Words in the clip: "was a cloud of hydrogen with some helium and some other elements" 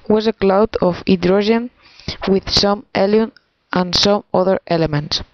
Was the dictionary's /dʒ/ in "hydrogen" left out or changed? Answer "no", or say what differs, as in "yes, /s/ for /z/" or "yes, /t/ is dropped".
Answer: yes, /ʒ/ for /dʒ/